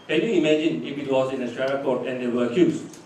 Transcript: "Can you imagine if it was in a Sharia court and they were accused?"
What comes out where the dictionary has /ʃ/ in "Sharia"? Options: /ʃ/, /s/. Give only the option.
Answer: /s/